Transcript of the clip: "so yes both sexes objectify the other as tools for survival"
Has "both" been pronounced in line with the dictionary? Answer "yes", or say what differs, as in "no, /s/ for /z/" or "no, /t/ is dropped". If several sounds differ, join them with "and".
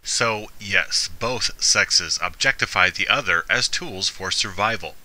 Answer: yes